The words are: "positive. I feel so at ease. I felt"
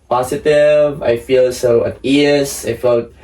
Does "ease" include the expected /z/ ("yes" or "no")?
no